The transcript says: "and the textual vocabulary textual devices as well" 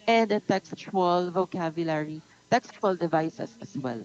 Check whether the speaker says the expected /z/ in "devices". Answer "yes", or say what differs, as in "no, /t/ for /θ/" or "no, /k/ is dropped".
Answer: no, /s/ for /z/